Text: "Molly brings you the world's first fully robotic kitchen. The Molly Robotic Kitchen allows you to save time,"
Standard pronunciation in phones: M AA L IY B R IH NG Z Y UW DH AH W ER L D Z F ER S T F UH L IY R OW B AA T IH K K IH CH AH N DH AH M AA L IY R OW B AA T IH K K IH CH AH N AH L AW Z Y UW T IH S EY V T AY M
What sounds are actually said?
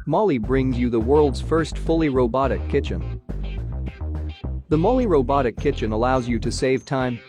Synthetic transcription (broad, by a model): M AA L IY B R IH NG Z Y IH DH AH W ER L D Z F ER S T F UH L IY R OW B AA T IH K K IH CH AH N DH AH M AA L IY R OW B AA T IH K K IH CH AH N AH L AW Z Y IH T IH S EY V T AY M